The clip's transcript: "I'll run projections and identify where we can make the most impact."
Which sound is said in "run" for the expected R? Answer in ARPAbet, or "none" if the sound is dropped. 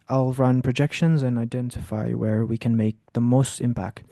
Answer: R